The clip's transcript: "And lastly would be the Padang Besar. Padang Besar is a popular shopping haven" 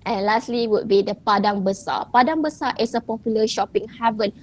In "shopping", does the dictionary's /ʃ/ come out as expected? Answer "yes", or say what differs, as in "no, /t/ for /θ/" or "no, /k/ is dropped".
yes